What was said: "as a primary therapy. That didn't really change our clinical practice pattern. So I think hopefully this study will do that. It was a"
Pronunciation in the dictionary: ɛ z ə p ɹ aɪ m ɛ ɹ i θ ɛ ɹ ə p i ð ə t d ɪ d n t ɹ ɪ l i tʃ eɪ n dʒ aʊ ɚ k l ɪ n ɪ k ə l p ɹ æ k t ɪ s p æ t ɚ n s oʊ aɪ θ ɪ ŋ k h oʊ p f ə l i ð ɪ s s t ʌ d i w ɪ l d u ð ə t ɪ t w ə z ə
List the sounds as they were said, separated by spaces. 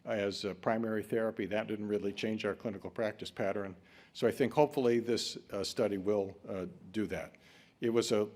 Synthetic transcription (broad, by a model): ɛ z p ɹ aɪ m ɛ ɹ i θ ɛ ɹ ə p i ð ə t d ɪ d n t ɹ ɪ l i tʃ eɪ n dʒ aʊ ɚ k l ɪ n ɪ k l p ɹ æ k t ɪ s p æ t ɚ n s oʊ aɪ θ ɪ ŋ k h oʊ p f l i ð ɪ s s t ʌ d i w ɪ l d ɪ ð ə t ɪ t w ə z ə